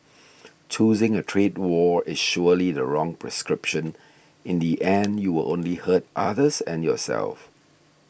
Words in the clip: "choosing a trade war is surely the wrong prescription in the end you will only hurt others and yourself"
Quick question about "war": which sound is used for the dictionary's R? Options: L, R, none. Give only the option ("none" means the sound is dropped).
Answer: R